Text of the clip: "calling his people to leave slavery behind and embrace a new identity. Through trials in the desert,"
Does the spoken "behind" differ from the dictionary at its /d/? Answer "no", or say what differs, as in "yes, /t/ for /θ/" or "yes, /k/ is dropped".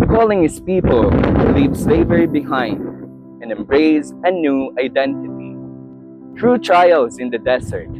no